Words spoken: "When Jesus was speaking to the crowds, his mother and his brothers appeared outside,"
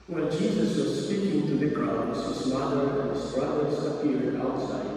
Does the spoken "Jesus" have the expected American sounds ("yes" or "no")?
yes